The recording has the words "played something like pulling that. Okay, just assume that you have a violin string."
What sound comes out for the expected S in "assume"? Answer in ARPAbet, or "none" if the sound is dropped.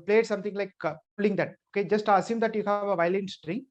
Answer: S